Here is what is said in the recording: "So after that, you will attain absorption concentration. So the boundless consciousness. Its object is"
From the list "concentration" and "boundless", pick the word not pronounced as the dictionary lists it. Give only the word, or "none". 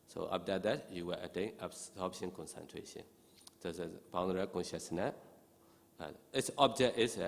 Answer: boundless